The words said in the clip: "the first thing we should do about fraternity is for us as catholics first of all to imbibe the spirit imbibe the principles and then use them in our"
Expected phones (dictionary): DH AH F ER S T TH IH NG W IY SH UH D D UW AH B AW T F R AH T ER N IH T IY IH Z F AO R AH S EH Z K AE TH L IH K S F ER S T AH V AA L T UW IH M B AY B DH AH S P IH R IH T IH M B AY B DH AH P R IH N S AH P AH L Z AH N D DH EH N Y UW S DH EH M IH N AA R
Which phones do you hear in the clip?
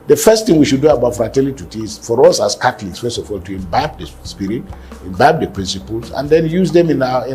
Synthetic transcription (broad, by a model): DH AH F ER S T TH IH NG W IY SH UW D D UW AH B AW T F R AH T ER L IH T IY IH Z F AO R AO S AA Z K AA T L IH K S F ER S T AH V AA L T UW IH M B AY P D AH S P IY R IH T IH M B AY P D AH P R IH N S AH P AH L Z AH N D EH N Y UW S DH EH M IH N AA